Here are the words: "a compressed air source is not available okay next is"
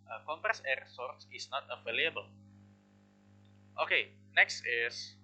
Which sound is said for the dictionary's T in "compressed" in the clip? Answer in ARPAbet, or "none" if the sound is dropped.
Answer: none